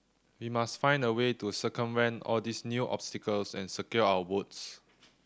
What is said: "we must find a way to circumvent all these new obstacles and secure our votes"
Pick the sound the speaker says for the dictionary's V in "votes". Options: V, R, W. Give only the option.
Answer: W